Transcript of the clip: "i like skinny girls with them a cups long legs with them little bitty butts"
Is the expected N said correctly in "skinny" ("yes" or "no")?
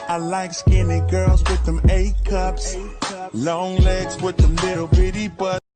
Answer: yes